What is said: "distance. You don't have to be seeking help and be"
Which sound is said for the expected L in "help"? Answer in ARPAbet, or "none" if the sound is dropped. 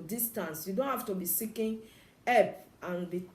none